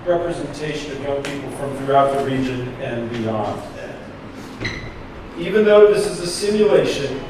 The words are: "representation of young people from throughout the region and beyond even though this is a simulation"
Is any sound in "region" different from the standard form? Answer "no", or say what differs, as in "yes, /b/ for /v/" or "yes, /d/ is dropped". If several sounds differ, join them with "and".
no